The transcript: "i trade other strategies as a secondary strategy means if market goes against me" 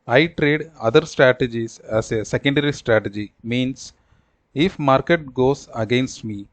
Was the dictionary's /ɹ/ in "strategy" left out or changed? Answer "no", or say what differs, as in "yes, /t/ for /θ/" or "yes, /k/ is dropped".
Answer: no